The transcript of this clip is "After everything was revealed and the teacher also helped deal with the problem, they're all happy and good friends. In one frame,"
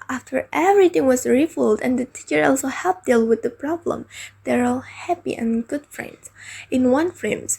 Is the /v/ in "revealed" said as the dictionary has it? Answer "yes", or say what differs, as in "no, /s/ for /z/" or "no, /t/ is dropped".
no, /f/ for /v/